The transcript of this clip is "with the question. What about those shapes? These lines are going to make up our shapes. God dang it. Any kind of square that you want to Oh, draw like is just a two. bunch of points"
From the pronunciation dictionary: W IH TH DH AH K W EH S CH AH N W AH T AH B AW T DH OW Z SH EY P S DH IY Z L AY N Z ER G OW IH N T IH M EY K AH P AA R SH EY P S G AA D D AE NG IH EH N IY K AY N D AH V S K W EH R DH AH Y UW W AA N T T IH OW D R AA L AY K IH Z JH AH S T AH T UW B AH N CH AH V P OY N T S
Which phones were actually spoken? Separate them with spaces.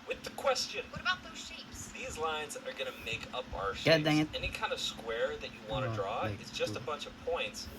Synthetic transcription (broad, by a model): W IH DH AH K W EH S CH AH N W AH T AH B AW T DH OW Z SH EY P S DH IY Z L AY N Z ER G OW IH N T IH M EY K AH P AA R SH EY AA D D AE IH EH N IY K AY N D AH V S K W EH R DH AH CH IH W AA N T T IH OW D R AA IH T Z JH AH S T AH B AH N CH AH V P OY N T S